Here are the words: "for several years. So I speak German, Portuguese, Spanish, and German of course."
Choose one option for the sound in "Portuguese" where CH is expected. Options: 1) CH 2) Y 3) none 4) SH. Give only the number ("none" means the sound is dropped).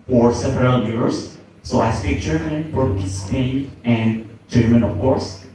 3